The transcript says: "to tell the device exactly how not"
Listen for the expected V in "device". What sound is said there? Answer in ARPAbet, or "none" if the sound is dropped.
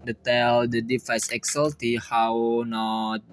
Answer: F